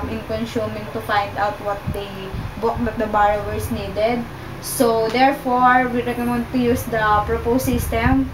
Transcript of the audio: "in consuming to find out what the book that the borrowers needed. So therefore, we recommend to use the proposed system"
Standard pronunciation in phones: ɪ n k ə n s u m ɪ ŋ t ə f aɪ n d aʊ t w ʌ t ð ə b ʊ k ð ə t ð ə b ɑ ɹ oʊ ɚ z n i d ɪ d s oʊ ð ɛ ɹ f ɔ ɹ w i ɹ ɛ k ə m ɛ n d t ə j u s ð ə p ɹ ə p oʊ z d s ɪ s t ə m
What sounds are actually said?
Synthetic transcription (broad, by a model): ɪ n k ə n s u m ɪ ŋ t ə f aɪ n d aʊ t w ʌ t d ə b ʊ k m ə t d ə b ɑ ɹ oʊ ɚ s n i d ɪ d s oʊ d ɛ ɹ f ɔ ɹ w i ɹ ɛ k ə m ɛ n d t ə j u s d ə p ɹ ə p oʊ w s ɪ s t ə m